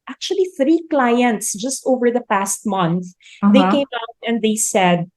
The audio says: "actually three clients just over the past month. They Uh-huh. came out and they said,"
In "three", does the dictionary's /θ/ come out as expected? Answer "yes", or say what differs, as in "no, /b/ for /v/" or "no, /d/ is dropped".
yes